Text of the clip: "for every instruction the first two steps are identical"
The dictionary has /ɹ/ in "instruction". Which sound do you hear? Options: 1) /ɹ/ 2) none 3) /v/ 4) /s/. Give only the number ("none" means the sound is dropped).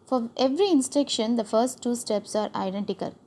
2